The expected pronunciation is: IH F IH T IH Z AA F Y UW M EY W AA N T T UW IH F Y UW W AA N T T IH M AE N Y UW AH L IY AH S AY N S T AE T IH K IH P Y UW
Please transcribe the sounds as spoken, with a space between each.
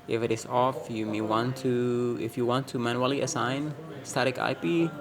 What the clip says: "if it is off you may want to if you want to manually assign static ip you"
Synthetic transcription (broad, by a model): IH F IH T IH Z AA F Y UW M EY W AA N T T UW IH F Y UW W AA N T T IH M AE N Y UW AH L IY AH S AY N S T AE T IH K IH P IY